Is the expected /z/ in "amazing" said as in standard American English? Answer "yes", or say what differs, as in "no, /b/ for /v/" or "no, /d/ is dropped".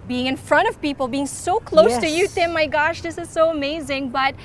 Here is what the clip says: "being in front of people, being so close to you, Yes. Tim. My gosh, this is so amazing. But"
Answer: yes